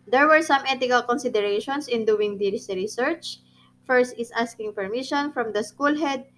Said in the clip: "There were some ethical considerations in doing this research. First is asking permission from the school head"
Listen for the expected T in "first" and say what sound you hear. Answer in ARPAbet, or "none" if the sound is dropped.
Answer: T